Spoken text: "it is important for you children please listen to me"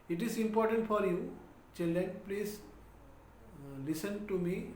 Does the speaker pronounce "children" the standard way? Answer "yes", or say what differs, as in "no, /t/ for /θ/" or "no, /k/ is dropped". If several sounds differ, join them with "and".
no, /ɹ/ is dropped